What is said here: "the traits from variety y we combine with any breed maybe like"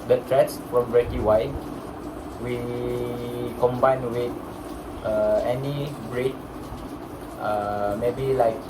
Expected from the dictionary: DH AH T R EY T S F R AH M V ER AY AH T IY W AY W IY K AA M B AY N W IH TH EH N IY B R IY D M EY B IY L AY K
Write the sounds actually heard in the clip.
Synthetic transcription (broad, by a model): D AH T R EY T S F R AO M B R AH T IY W AY W IY K AA M B AY N W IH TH EH N IY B R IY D M EY B IY L AY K